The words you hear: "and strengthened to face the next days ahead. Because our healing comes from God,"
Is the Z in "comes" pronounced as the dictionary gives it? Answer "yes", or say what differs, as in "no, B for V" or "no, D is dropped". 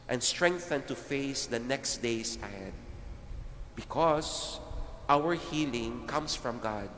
no, S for Z